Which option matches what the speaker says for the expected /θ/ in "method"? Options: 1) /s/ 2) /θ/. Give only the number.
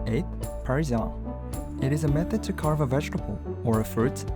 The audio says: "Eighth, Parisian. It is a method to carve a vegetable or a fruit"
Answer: 2